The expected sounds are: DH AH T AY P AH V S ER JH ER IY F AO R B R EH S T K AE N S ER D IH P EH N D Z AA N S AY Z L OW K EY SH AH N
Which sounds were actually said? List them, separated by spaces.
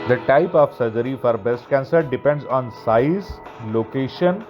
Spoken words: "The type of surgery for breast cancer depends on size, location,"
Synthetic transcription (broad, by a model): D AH T AY P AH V S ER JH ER IY F AO R B EH S T K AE N S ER D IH P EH N D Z AA N S AY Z L OW K EY SH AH N